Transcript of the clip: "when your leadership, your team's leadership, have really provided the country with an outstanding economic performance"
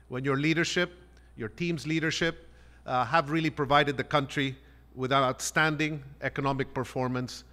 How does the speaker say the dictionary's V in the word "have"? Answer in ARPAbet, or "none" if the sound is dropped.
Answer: V